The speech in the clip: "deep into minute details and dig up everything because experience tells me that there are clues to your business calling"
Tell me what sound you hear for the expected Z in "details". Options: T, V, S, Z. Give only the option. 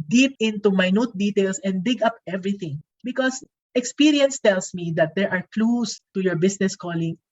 S